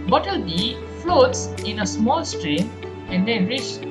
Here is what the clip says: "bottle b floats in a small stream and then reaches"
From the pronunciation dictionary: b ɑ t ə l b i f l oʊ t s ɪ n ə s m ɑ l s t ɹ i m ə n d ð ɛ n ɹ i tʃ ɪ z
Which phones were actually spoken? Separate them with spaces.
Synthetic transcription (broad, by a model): b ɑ t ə l b i f l oʊ t s ɪ n ə s m ɑ l s t ɹ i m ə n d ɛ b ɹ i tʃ